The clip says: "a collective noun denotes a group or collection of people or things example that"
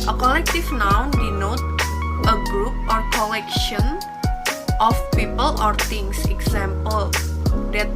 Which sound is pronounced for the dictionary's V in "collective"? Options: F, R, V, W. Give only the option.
F